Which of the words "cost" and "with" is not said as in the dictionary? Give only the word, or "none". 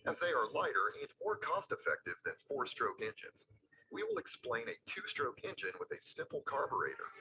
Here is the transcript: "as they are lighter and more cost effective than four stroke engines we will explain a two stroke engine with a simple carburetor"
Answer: none